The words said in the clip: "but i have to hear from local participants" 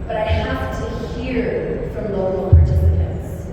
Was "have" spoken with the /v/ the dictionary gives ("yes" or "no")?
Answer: no